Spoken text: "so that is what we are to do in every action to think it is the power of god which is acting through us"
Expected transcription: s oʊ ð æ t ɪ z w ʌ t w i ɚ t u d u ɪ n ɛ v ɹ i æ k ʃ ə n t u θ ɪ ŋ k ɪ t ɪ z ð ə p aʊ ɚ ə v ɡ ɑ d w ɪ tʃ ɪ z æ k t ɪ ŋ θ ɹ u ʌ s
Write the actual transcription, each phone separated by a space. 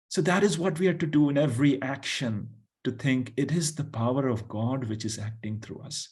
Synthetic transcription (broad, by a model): s oʊ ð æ t ɪ z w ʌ t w i ɚ t u d u ɪ n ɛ v ɹ i æ k ʃ ə n t u t ɪ ŋ k ɪ t ɪ z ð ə p aʊ ɚ ə v ɡ ɑ d w ɪ tʃ ɪ z æ k t ɪ ŋ t ɹ u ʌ s